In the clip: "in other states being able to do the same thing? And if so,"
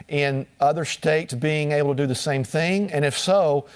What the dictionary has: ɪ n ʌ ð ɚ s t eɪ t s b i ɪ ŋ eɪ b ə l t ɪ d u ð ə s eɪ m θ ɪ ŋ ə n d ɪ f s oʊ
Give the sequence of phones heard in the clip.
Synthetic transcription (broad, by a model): ɪ n ʌ ð ɚ s t eɪ t s b i ɪ ŋ eɪ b l t ɪ d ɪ ð ə s eɪ m θ ɪ ŋ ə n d ɪ f s oʊ